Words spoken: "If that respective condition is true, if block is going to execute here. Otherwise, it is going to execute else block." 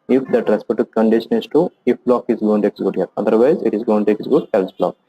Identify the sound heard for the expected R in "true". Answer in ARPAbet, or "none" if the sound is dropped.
none